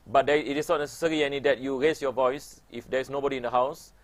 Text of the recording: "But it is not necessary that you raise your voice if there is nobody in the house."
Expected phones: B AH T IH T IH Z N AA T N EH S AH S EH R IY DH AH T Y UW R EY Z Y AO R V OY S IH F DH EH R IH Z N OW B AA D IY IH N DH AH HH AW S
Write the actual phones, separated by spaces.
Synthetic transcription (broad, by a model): B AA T IH T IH S N AA T N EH S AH S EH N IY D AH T Y UW R EY S Y AO V OY S IH F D EH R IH S N OW B AA D IY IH N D AH HH AW S